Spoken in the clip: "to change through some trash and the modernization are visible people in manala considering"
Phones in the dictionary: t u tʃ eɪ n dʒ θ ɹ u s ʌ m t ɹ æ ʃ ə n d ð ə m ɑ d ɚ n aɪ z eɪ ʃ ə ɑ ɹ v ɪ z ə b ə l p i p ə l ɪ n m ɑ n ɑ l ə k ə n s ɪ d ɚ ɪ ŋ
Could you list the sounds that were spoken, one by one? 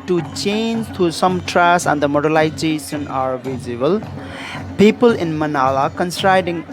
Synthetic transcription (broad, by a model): t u tʃ eɪ n dʒ t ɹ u s ʌ m t ɹ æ s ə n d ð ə m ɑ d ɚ l aɪ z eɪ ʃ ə ɑ ɹ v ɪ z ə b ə l p i p ə l ɪ n m ɑ n ɑ l ə k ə n s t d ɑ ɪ ŋ